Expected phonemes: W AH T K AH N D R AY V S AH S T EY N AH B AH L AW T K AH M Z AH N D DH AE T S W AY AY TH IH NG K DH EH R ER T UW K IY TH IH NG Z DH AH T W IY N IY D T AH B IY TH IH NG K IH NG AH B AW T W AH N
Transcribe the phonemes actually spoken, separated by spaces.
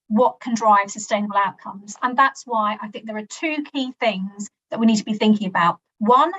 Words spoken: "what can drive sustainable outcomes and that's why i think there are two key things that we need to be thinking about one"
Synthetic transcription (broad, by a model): W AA T K AH N D R AY V S AH S T EY N AH B AH L AW T K AH M Z AH N DH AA T S W AY AY TH IH NG K DH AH R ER T UW K IY TH IH NG Z DH AH T W IY N IY D T AH B IY TH IH NG K IH NG AH B AW T W AH N